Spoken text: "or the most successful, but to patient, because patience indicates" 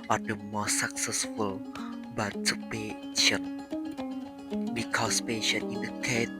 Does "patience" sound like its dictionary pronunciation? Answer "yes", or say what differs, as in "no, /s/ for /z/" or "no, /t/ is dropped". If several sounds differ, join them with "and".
no, /s/ is dropped